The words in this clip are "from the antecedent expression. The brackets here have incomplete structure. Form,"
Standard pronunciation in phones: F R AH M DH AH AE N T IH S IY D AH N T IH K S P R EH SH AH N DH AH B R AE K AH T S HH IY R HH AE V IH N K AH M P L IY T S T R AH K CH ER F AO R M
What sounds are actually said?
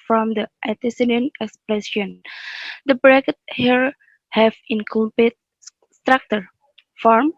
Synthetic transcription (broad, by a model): F R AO M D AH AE T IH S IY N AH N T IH K S P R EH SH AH N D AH B R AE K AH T HH IY R HH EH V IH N K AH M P IY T S T R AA K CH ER F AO R M